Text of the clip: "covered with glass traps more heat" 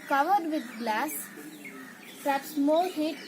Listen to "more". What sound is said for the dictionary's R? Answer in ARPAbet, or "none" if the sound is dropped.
L